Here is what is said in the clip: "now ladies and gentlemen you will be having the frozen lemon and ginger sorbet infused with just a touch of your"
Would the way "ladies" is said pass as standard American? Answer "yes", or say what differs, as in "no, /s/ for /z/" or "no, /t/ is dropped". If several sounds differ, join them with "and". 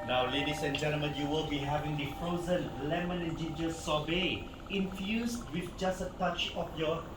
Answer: no, /s/ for /z/